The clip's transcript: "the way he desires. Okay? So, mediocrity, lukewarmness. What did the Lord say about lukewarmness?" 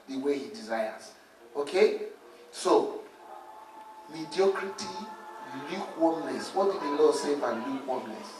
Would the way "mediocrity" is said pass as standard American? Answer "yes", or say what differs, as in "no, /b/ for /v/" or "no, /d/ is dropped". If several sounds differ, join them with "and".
yes